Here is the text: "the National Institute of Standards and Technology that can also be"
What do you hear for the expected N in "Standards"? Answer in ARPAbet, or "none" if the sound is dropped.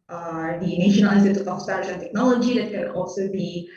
none